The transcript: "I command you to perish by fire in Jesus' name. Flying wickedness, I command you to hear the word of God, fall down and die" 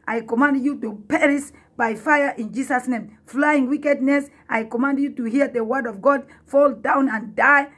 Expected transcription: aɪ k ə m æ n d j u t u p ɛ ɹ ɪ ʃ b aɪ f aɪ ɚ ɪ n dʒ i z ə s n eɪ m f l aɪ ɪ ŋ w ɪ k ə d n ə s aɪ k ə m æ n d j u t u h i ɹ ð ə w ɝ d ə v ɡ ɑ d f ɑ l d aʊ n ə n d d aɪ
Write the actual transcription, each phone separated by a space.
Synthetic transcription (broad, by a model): aɪ k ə m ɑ n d j u t u p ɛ ɹ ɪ s b aɪ f aɪ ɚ ɪ n dʒ i s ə s n eɪ m f l aɪ ɪ ŋ w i k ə d n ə s aɪ k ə m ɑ n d j u t u h i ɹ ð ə w ɝ d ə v ɡ ɑ d f ɑ l d aʊ n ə n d d aɪ